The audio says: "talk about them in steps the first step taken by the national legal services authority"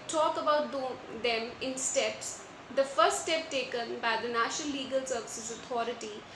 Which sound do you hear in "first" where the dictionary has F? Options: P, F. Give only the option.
F